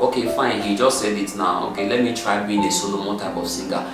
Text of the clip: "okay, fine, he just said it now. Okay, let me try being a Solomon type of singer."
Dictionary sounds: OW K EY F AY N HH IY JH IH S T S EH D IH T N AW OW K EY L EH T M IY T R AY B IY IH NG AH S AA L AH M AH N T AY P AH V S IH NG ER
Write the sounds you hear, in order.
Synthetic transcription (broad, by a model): OW K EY F AY N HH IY JH IH S T S EH D IH T N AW OW K EY L EH T M IY T R AY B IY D AH S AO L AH M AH T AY B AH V S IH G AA